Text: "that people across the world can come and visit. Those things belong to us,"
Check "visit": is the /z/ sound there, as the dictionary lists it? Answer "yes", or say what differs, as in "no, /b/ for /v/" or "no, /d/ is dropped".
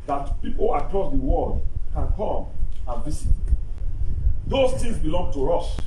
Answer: no, /s/ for /z/